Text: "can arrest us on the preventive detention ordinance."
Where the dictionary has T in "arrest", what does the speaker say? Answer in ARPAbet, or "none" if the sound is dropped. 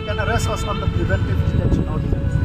none